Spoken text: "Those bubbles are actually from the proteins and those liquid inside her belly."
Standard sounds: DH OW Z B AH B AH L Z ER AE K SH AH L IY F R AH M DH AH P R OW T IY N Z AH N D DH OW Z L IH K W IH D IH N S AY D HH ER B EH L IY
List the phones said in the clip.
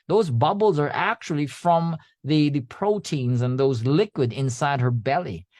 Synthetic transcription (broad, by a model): DH OW Z B AH B L Z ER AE K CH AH L IY F R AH M DH AH P R OW T IY N Z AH N DH OW Z L IH K W IH D IH N S AY D HH ER B EH L IY